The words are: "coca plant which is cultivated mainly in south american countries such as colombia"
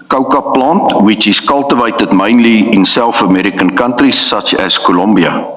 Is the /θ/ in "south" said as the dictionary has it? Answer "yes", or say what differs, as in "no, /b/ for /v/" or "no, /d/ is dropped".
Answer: no, /f/ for /θ/